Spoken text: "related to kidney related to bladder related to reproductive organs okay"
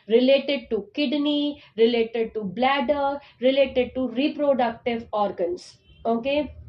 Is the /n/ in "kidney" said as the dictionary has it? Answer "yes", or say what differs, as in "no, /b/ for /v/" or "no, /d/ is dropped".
yes